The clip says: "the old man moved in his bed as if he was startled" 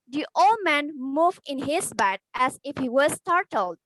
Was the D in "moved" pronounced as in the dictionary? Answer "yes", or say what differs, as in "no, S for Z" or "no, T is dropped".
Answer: no, D is dropped